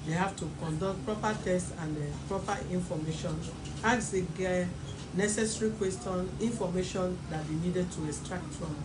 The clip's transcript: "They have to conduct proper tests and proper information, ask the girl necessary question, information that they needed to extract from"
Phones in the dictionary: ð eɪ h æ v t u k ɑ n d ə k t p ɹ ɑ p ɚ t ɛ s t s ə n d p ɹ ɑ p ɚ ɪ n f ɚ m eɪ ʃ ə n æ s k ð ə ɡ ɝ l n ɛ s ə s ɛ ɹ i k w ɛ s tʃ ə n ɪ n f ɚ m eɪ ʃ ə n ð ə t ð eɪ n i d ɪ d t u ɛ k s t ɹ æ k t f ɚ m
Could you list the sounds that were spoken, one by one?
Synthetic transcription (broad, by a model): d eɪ h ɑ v t u k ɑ n d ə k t p ɹ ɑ p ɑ t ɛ s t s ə n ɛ p ɹ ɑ p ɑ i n f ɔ m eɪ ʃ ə n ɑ k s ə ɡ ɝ n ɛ s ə s ɹ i k w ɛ s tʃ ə n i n f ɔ m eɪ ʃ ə n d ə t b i n i d ɪ d t u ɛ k s t ɹ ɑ k t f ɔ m